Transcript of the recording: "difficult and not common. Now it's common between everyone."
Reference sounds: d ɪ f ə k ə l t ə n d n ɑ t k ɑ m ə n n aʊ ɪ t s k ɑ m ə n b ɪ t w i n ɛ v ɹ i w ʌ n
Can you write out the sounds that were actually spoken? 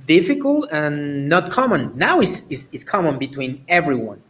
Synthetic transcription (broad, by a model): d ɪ f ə k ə l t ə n n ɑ t k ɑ m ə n n aʊ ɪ s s k ɑ m ə n b ɪ t w i n ɛ v ɹ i w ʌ n